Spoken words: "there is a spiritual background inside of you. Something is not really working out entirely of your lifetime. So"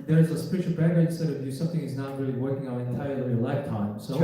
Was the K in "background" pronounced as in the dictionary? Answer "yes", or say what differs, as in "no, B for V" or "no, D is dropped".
no, K is dropped